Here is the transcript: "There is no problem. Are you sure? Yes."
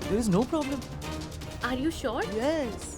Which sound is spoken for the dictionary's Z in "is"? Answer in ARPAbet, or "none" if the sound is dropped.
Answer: Z